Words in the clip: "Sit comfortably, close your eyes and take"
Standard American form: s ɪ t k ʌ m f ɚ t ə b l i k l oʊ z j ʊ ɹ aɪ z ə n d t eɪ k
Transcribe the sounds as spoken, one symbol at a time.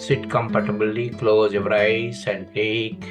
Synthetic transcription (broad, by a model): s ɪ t k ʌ m p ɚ t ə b l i k l oʊ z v ɹ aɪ s ə n d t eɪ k